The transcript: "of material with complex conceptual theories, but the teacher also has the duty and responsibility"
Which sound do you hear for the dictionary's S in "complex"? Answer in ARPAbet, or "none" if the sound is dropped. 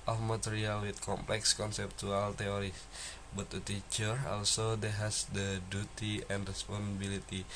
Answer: S